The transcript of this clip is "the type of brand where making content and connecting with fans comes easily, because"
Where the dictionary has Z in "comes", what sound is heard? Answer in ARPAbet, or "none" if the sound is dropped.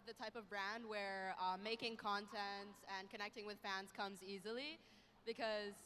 Z